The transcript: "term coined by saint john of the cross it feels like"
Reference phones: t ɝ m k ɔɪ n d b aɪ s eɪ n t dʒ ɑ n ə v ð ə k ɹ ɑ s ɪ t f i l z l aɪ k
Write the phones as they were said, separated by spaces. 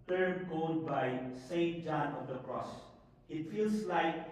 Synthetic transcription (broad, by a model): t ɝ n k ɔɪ l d b aɪ s eɪ n t dʒ ɑ n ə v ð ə k ɹ ɑ s ɪ t f i l s l aɪ k